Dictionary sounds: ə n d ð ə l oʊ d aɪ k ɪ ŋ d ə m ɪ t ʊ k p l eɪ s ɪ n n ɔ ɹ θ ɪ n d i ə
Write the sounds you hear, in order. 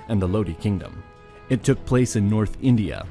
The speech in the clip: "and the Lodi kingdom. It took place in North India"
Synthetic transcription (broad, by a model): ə n ð ə l oʊ d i k ɪ ŋ d ə m ɪ t ʊ k p l eɪ s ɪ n n ɔ ɹ θ ɪ n d i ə